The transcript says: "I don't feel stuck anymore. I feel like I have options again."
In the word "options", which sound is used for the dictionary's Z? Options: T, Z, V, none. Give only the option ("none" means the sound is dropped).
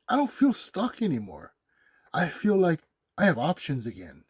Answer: Z